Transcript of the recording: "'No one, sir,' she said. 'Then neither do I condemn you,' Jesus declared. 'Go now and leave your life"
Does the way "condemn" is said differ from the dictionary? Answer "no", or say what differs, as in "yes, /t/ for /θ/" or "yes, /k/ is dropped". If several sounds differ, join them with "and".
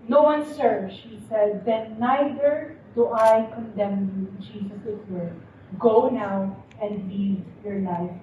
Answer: no